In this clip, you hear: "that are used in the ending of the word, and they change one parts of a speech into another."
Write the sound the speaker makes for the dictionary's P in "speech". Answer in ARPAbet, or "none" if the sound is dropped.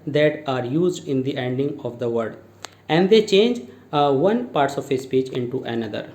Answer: P